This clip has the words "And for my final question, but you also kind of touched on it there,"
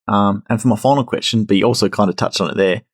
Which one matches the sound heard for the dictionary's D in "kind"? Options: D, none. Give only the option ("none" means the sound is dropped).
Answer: D